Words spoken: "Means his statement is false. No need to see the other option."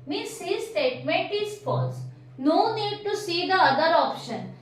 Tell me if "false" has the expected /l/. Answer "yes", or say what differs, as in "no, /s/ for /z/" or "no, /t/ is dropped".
no, /l/ is dropped